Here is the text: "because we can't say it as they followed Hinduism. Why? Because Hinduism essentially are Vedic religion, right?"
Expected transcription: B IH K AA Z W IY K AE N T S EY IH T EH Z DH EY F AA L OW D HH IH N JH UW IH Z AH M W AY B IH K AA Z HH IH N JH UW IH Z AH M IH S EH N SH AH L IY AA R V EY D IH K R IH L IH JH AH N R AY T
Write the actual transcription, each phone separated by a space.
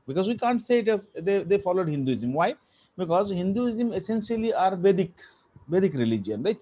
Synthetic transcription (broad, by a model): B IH K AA Z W IY K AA N T S EY IH T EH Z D EY F AA L OW D HH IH N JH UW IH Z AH M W AY B IH K AA Z HH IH N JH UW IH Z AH M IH S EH N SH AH L IY AA R B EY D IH K R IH L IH JH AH N R AY T